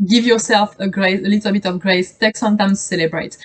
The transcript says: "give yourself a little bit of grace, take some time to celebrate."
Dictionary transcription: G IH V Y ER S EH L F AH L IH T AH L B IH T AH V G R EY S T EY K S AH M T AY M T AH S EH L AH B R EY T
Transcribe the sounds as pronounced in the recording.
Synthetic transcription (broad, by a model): G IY V Y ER S EH L F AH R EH S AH L B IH T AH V G R EY S T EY K S AH M T AY M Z S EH L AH B R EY T